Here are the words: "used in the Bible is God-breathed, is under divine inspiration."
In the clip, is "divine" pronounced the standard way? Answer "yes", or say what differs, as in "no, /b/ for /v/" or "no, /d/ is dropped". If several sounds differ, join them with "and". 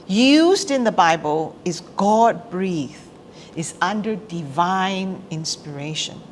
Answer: yes